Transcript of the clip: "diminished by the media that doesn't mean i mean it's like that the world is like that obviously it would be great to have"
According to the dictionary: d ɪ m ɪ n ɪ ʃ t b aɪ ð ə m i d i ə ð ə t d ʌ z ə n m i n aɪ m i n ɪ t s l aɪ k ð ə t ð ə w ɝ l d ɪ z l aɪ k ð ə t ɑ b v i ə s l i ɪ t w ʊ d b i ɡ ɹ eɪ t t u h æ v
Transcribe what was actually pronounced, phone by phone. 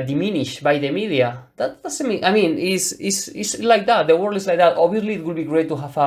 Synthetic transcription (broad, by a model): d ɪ m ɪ n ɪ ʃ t b aɪ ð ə m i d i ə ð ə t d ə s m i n aɪ m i n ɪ s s l aɪ k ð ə t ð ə w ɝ l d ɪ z l aɪ k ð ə t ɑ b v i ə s l i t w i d b i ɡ ɹ eɪ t t u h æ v